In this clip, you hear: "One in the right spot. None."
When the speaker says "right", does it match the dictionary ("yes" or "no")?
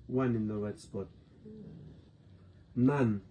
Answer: no